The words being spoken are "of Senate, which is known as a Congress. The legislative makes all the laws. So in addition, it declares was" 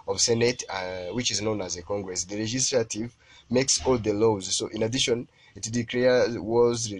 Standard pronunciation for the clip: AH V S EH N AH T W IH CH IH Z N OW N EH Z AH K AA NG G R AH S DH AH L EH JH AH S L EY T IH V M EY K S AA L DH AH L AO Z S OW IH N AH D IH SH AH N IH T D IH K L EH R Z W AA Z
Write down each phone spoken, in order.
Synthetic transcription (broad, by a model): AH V S EH N AH T W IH CH IH Z N OW N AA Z AH K AA NG G R AH S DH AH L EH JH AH S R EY T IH V M EY K S AA L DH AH L AO Z S OW IH N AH D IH SH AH N IH T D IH K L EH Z W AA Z